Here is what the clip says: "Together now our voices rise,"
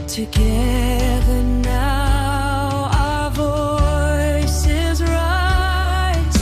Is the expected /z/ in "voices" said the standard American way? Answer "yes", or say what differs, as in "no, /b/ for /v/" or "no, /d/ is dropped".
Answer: yes